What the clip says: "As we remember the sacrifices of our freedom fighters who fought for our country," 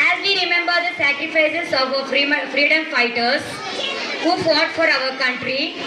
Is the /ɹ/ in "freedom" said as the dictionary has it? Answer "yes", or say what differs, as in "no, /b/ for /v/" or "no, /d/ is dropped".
yes